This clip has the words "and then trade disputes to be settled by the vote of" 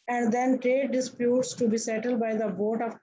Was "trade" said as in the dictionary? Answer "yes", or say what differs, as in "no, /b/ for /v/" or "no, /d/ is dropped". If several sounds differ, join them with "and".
yes